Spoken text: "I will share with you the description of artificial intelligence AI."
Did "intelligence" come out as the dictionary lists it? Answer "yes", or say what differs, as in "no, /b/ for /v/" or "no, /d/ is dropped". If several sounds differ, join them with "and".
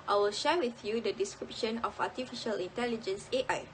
yes